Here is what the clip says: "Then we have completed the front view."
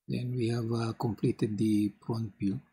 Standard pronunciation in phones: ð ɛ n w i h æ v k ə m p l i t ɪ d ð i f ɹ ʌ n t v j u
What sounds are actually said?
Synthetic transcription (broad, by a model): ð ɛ n w i h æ v k ə m p l i t ɪ d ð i p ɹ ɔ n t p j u